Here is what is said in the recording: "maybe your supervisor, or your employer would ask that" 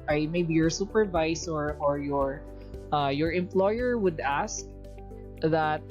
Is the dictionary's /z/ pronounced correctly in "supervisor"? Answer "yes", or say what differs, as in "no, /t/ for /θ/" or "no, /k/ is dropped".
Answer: no, /s/ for /z/